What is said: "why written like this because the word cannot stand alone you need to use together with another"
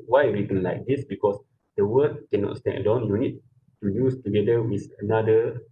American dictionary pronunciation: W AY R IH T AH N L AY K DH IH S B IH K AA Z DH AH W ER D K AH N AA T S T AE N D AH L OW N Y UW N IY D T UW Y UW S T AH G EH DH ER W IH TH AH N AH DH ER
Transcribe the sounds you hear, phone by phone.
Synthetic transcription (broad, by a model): W AY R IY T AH N L AY K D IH S B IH K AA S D AH W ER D K AH N AA T S T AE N D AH UH N Y UW N IY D T UW Y UW S T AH G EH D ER W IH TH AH N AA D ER